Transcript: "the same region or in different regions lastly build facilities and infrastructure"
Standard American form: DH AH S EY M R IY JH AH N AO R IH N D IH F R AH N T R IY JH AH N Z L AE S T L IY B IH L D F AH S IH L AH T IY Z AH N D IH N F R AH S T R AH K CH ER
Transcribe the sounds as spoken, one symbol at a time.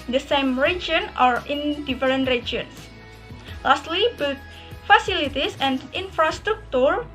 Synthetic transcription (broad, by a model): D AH S EY M R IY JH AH N AO R IH N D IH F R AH N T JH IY AH N S L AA S T L IY B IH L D F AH S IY L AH T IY S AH N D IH N F R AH S T R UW K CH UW